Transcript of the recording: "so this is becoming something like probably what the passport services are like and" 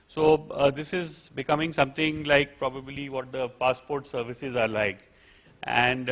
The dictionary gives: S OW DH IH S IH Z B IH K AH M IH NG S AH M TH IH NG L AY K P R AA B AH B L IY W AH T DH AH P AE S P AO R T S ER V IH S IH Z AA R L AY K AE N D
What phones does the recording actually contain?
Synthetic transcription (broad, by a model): S OW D IH S IH Z B IH K AH M IH NG S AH M T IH NG L AY K P R AA B AH B L IY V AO T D AH P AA S P AO R T S ER V IH S IH Z AA R L AY K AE N D